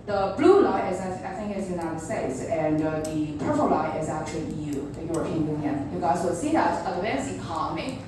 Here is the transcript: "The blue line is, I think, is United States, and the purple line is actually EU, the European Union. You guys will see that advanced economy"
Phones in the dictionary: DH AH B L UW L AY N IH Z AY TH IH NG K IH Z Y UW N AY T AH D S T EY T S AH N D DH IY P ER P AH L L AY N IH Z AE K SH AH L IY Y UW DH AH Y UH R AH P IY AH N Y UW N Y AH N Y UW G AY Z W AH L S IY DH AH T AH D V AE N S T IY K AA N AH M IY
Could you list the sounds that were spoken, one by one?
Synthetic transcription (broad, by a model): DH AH B L UW L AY IH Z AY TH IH NG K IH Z Y UW N AY T AH D S T EY T S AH N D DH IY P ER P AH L L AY IH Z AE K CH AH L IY Y UW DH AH Y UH R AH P IY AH N Y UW N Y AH N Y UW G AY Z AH S IY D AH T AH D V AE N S IY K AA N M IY